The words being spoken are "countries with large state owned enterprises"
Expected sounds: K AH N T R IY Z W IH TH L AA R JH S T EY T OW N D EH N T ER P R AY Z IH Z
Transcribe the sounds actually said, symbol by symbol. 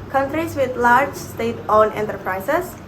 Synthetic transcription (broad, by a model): K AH N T R IY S W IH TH L AA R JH S T EY T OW N EH N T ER P R AY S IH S